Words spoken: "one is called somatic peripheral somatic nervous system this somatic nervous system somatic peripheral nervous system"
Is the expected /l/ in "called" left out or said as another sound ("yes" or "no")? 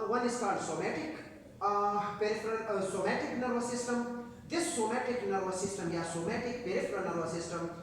yes